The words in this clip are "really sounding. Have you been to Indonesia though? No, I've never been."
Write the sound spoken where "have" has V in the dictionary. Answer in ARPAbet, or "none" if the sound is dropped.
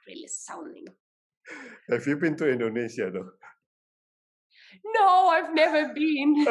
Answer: F